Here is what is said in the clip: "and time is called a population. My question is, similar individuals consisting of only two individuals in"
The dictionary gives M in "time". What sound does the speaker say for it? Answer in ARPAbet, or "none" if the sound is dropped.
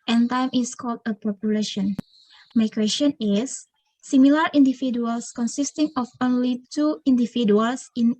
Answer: M